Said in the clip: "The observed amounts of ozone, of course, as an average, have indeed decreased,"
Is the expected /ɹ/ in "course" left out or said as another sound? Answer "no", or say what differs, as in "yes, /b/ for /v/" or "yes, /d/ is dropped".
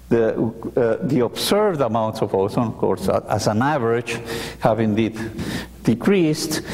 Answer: no